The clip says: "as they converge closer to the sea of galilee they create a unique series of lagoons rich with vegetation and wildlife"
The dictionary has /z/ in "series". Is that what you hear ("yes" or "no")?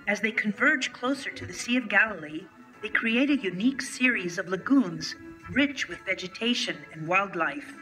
yes